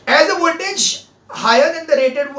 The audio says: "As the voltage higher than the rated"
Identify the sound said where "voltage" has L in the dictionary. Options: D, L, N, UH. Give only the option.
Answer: N